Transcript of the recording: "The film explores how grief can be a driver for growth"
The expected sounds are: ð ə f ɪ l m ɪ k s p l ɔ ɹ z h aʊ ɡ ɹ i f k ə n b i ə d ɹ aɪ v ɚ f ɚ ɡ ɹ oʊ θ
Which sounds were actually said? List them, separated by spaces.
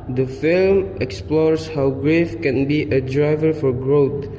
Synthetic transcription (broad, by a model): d ə f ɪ l m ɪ k s p l ɔ ɹ s h aʊ ɡ ɹ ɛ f k ə n b i ə d ɹ aɪ v ɚ f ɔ ɡ ɹ oʊ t